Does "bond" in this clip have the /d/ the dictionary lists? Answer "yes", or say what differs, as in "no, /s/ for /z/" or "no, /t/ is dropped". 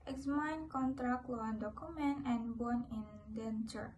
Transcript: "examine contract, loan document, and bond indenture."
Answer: no, /d/ is dropped